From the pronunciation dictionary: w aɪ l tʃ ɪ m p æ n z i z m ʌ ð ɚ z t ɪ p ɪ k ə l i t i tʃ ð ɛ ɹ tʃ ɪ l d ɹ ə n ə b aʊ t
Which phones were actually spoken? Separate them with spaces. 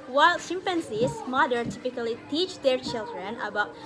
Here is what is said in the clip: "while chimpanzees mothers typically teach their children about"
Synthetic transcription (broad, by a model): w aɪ l s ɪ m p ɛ n s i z m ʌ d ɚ t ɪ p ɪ k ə l i t i tʃ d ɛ ɹ tʃ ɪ l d ɹ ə n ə b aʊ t